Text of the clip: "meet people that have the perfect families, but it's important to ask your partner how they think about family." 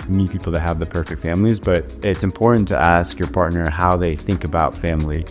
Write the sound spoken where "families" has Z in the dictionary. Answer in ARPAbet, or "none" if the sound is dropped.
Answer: Z